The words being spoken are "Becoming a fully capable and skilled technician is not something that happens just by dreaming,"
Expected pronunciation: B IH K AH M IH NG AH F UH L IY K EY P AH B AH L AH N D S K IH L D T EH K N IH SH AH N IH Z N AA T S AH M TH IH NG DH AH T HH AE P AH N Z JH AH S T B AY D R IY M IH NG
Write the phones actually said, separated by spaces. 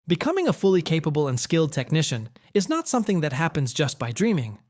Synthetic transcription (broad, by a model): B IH K AH M IH NG AH F UH L IY K EY P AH B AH L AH N S K IH L D T EH K N IH SH AH N IH Z N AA T S AH M TH IH NG DH AH T HH AE P AH N Z JH AH S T B AY D R IY M IH NG